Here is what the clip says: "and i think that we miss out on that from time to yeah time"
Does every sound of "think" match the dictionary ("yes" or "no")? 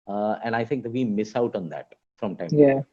no